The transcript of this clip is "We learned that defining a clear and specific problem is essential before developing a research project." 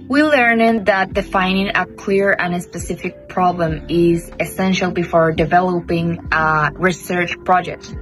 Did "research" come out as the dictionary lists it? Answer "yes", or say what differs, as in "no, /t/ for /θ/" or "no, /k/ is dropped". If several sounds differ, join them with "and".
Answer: yes